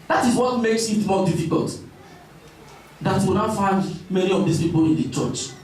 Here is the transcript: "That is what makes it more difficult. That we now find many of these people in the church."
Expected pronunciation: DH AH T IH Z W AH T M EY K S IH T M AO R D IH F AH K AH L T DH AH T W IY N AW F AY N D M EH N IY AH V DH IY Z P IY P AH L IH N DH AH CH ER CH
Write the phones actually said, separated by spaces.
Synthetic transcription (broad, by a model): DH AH T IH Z W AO T M EY K S IH T M AO D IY F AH K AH L T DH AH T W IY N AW F AY N D M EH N IY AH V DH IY S P IY P AH L IH N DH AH CH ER CH